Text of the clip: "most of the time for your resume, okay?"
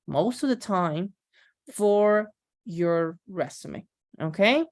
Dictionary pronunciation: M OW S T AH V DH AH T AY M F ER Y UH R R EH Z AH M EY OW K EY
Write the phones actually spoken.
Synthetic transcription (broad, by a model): M OW S T AH V DH AH T AY M F ER Y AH R R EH S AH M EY OW K EY